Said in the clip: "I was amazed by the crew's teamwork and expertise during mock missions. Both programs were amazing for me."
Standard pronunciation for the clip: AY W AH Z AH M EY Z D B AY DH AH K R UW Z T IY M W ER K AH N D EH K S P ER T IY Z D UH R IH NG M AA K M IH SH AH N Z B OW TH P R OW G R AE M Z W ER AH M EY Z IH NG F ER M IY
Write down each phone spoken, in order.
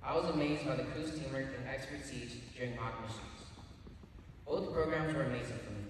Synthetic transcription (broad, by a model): AY W AH Z AH M EY Z D B AY DH AH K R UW S T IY M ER AH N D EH K S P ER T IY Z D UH R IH NG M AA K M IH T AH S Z B OW TH P R OW G R AE M Z W ER AH M EY Z IH NG F ER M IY